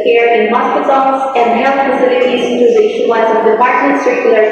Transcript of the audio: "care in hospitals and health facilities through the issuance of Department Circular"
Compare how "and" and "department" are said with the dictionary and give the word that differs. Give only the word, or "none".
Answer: none